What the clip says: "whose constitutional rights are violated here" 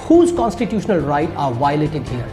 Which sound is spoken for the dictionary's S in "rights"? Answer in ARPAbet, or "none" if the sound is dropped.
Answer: none